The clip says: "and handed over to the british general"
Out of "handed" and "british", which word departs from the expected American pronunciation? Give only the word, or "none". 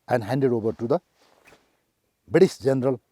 british